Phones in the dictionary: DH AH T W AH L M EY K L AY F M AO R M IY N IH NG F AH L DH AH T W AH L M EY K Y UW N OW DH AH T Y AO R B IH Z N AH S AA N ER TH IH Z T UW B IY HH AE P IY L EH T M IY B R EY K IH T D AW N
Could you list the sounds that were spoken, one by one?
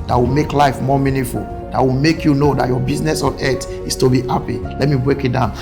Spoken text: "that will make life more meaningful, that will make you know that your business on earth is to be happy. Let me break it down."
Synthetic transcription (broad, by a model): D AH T W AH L M EY K L AY F M AO M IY N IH F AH L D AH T W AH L M EY K Y UW N OW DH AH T Y AO B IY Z N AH S AA N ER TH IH S T UW B IY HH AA P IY L EH T M IY B R EY K IH T D AW N